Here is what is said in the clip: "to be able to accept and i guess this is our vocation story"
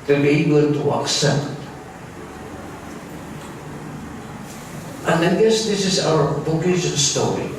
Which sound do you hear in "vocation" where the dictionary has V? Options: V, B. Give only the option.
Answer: B